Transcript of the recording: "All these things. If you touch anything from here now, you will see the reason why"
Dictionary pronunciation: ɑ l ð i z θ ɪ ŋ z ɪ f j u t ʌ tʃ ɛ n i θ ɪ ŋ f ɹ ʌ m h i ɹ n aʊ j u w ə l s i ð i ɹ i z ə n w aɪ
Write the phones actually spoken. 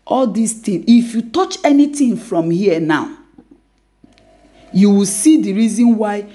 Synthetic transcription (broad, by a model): ɑ l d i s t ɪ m ɪ f j u t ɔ tʃ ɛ n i t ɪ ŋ f ɹ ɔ m h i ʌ n aʊ j u w ə l s i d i ɹ i z ə n w aɪ